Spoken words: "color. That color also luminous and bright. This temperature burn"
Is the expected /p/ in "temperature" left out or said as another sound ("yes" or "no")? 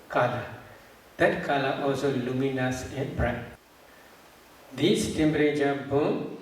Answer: yes